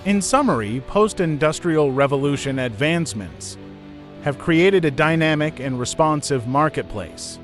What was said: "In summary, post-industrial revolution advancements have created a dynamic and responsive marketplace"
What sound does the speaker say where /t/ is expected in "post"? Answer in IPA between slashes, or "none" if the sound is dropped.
/t/